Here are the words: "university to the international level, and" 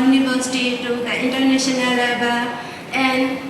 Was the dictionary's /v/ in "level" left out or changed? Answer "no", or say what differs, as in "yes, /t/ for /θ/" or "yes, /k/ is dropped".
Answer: yes, /b/ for /v/